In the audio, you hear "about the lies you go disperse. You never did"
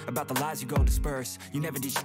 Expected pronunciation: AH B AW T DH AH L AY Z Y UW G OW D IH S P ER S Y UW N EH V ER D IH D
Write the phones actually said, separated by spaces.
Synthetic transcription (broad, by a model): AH B AW T DH AH L AY Z Y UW G OW D IH S P ER S Y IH N EH V ER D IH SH